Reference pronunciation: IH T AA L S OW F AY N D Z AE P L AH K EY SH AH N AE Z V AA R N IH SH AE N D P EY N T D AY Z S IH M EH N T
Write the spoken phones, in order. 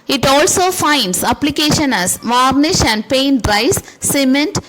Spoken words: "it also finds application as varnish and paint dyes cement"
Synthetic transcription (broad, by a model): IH T AA L S OW F AY N D S AE P L AH K EY SH AH N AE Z V AA R N IH SH AE N D P EY N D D AY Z S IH M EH N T